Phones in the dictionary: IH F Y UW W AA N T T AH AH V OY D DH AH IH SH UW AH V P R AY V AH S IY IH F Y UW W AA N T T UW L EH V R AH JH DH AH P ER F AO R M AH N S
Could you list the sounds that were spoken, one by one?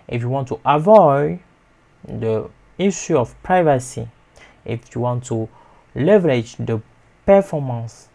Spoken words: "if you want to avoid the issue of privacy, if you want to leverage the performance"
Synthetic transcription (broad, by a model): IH F Y UW W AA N T T AH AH V OY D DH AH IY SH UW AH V P R AY V AH S IY IH F Y UW W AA N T T UW L EH V R AH JH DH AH P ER F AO M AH N S